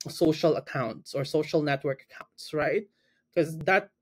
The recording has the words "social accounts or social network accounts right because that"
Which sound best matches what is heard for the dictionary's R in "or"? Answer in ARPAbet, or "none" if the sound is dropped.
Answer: R